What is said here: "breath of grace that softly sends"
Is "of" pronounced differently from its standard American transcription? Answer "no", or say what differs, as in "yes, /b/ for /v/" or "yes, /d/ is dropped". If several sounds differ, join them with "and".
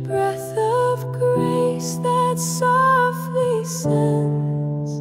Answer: no